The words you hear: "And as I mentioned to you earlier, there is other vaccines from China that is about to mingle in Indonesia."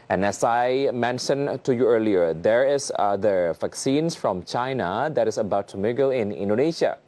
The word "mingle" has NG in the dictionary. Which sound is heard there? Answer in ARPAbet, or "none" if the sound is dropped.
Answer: none